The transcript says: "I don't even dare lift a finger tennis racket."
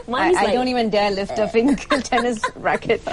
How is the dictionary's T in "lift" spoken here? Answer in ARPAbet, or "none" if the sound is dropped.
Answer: T